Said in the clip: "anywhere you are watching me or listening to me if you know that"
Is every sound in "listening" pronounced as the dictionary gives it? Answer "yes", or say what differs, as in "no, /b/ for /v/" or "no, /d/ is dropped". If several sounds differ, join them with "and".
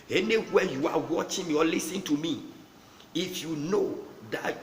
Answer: no, /n/ is dropped